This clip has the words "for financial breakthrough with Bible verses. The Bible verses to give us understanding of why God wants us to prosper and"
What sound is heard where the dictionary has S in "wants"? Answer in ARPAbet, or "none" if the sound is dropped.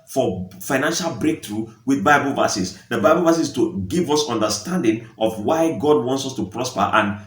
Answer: S